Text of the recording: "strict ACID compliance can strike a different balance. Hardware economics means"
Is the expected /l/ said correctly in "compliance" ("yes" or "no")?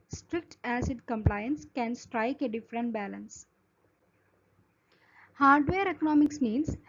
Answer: yes